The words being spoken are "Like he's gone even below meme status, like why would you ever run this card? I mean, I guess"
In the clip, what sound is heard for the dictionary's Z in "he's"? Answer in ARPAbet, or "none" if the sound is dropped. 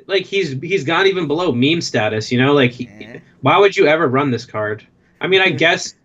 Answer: Z